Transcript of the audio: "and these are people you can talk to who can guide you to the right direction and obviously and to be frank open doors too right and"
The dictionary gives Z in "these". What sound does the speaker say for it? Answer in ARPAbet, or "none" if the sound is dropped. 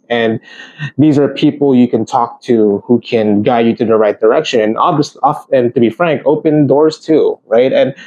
Z